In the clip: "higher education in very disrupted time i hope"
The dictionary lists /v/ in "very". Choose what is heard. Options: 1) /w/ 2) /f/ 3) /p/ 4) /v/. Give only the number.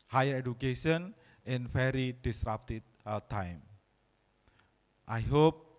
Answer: 2